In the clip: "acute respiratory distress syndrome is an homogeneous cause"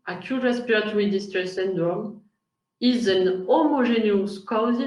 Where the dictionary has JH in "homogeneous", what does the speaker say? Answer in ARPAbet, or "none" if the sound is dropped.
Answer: ZH